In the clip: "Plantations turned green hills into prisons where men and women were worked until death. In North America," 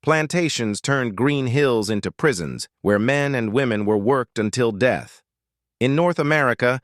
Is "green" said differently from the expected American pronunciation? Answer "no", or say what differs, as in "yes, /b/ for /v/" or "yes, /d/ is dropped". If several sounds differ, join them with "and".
no